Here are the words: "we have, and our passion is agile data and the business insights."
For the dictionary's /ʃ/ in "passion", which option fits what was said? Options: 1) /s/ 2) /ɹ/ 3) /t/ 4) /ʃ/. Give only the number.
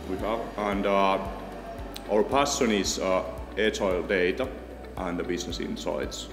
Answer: 1